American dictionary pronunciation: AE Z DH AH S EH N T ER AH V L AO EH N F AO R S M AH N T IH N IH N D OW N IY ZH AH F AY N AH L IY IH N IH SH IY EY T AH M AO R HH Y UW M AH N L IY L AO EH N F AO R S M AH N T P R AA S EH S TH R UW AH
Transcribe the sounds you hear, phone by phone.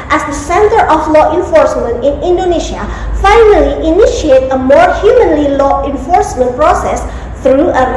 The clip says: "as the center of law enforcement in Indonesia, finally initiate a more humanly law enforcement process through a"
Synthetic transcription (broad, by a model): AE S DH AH S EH N T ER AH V L AO EH N F AO R S M AH N T IH N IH N D OW N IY SH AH F AY N AH L IY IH N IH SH IY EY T AH M AO R HH Y UW M AH N L IY L AO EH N F AO R S M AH N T P R AA S EH S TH R UW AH